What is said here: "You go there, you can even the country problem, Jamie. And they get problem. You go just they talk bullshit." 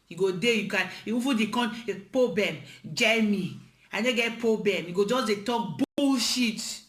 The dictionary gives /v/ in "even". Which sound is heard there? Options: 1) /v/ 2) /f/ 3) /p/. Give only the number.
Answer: 2